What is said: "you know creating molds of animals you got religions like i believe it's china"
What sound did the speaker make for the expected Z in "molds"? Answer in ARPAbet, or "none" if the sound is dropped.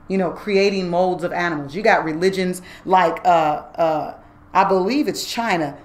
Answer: Z